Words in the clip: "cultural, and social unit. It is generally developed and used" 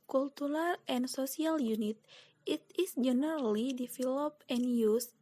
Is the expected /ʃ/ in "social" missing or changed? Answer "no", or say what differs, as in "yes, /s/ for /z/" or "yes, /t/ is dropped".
yes, /s/ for /ʃ/